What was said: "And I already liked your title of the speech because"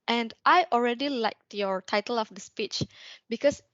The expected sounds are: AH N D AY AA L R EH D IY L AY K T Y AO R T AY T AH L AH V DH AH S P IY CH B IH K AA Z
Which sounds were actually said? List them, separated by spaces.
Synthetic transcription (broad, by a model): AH N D AY AA L R EH D IY L AY K T Y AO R T AY T AH L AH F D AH S P IY CH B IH K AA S